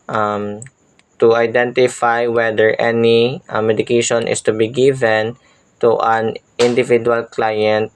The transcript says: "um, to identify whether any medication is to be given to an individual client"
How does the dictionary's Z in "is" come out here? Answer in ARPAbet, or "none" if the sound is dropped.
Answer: S